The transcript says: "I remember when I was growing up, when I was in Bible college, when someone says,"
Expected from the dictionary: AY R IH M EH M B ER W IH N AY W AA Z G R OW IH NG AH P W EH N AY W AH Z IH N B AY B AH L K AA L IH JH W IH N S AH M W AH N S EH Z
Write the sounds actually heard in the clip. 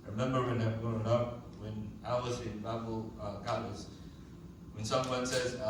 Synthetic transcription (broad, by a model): R IH M EH M B ER W IH N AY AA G OW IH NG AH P W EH N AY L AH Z IH N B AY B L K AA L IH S W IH N S AH M W AH N S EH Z